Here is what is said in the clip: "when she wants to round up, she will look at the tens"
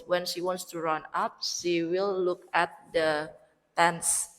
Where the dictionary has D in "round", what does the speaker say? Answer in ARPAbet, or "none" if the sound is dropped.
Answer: none